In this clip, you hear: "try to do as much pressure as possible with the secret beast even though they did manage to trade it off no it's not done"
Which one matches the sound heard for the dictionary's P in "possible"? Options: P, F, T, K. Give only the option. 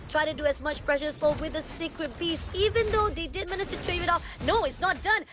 F